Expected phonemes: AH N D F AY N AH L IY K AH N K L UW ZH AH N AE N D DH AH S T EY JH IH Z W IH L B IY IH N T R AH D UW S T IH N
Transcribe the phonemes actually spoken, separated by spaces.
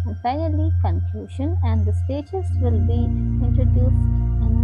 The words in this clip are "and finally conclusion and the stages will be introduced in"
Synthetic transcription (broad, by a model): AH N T AY AH L IY K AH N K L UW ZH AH N AE N D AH S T EY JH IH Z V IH L B IY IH N T R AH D UW S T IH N